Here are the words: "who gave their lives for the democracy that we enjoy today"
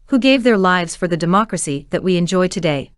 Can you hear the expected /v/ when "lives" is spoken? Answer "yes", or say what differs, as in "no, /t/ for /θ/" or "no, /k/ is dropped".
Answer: yes